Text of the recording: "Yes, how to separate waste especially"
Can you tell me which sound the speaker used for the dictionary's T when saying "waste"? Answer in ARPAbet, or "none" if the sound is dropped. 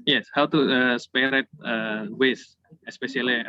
none